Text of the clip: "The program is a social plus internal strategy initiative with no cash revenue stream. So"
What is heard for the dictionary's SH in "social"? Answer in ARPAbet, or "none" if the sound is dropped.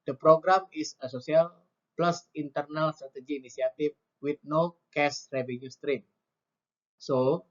S